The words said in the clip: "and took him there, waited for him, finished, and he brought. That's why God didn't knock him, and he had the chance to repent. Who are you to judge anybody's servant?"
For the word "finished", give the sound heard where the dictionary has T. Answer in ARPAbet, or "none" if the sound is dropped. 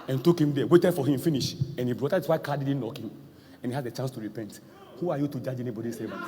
none